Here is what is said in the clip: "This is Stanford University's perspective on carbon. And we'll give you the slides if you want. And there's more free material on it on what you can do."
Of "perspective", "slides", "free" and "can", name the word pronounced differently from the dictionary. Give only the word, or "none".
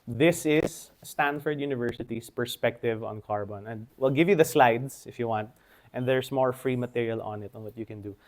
slides